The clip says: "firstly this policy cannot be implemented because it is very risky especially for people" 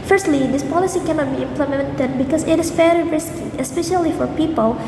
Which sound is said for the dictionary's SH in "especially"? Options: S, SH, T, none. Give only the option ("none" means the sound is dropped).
SH